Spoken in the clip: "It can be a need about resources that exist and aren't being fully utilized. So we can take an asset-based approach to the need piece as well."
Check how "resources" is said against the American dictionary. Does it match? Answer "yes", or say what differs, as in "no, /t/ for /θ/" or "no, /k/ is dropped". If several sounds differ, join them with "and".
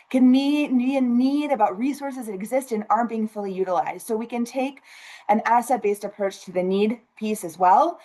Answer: yes